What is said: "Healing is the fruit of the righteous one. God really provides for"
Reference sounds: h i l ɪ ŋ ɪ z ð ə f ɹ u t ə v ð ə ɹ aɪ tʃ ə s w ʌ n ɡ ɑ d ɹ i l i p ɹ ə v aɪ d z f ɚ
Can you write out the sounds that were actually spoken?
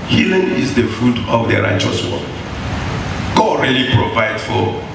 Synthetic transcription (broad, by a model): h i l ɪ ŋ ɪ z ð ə f u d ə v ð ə ɹ aɪ tʃ ə s w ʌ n ɡ ɑ d ɹ i l i p ɹ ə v aɪ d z f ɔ